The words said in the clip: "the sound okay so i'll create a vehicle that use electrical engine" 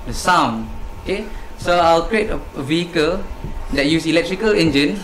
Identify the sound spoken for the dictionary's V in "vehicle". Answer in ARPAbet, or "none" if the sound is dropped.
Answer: V